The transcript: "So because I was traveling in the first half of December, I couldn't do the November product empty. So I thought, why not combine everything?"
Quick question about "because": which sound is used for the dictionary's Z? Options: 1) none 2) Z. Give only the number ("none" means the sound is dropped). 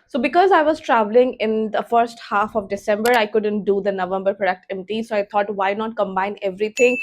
2